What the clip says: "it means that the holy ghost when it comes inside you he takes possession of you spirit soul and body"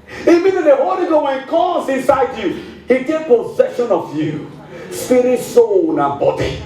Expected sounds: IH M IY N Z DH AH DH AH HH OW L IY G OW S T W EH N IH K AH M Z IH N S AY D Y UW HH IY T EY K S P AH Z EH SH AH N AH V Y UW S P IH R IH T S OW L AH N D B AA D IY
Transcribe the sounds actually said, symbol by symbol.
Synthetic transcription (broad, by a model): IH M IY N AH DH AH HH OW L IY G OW W EH N IH K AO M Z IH N S AY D Y UW HH IY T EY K P AH Z EH SH AH N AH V Y UW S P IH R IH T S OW N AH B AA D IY